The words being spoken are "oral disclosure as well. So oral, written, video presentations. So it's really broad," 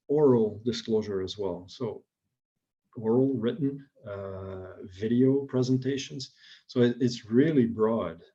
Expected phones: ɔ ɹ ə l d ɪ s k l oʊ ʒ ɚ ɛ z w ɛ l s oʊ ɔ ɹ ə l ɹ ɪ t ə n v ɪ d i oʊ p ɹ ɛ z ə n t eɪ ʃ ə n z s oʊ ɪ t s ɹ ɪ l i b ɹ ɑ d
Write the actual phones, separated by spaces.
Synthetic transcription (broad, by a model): ɔ ɹ l d ɪ s k l oʊ ʒ ɚ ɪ z w ɛ l s oʊ ɔ ɹ l ɹ ɪ t n v ɪ d i oʊ p ɹ ɛ z ə n t eɪ ʃ ə n z s oʊ ɪ t s ɹ ɪ l i b ɹ ɑ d